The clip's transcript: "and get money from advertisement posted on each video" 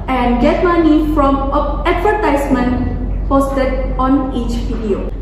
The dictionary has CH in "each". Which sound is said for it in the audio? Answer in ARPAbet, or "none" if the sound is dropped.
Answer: CH